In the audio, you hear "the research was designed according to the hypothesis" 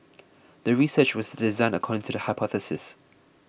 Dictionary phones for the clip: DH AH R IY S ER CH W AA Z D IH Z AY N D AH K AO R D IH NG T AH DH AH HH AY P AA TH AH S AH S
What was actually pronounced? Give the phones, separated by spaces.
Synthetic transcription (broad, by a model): DH AH R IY S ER CH W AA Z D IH Z AY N AH K AO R D IH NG T AH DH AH HH AY P AA TH AH S AH S